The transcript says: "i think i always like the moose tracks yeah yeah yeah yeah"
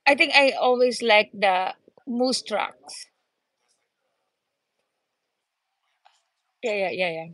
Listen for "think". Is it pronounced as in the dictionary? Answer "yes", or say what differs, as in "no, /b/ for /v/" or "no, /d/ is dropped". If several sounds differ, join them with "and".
no, /t/ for /θ/